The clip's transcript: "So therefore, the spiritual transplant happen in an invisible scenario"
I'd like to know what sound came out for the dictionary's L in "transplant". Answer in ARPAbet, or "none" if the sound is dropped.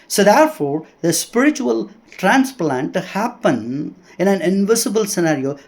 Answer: L